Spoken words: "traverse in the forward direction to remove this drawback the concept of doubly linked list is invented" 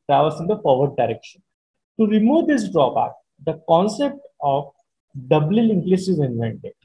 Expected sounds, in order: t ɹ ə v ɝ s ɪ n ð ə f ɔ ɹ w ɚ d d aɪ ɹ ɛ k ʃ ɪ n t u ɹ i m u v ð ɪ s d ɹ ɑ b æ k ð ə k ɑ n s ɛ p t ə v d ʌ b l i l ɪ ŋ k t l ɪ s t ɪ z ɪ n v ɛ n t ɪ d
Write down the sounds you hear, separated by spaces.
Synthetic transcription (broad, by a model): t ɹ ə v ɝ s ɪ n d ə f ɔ ɹ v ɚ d d aɪ ɹ ɛ k ʃ ɪ n t u ɹ i m u v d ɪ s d ɹ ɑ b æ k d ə k ɑ n s ɛ p t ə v d ʌ b l i l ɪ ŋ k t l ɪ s ɪ z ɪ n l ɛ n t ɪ